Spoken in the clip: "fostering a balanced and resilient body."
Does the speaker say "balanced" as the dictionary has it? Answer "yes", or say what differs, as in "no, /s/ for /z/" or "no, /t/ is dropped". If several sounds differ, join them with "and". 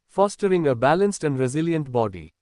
yes